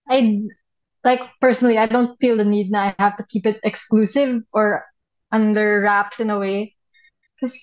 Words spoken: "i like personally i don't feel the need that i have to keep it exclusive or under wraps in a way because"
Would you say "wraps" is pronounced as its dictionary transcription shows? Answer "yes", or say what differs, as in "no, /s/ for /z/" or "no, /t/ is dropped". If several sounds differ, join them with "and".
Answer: yes